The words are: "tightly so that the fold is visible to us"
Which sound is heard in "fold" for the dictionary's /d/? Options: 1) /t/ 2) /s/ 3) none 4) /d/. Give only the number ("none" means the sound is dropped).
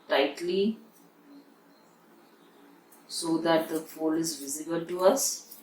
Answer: 3